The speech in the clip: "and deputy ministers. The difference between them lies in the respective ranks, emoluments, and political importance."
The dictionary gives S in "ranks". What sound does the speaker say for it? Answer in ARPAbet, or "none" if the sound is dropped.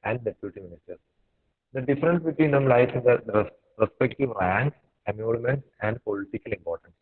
none